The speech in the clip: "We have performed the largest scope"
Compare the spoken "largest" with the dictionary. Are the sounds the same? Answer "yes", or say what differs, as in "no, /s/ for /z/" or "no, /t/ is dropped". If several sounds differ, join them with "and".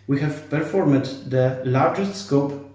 yes